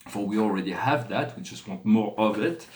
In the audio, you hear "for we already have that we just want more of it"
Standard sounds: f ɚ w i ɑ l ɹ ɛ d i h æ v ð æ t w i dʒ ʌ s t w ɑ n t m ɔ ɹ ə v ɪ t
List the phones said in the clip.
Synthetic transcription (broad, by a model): f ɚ w i ɑ l ɹ ɛ d i h æ v ð æ t w i dʒ ʌ s t w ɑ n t m ɔ ɹ ə v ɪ t